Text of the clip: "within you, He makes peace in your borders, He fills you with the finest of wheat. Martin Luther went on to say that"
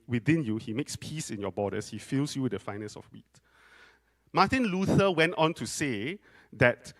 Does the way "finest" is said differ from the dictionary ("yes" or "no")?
yes